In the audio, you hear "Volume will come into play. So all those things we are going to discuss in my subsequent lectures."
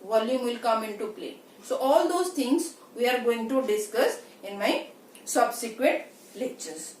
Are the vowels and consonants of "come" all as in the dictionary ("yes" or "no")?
yes